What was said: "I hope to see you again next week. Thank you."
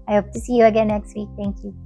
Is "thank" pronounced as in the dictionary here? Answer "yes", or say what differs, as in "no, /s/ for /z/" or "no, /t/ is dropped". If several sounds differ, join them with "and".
no, /t/ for /θ/